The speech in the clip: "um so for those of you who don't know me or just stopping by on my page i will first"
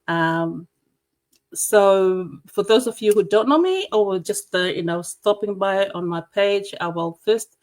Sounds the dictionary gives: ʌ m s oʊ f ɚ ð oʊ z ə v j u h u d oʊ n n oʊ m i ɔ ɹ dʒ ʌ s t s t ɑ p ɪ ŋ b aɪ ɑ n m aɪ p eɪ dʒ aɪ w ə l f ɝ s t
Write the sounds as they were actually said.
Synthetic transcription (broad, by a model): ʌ m s oʊ f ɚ ð oʊ z ə v j u h u d oʊ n n oʊ m i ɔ w dʒ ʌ s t s t ɑ p ɪ ŋ b aɪ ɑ n m aɪ p eɪ dʒ aɪ w ə l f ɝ s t